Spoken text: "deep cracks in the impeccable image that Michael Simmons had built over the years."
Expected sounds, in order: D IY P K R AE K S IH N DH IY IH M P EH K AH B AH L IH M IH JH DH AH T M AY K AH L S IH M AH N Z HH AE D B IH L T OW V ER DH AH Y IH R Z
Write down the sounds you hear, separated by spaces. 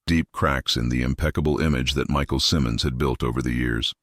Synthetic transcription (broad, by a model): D IY P K R AE K S IH N DH IY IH M P EH K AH B L IH M IH JH DH AH T M AY K L S IH M AH N Z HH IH D B IH L T OW V ER DH AH Y IH R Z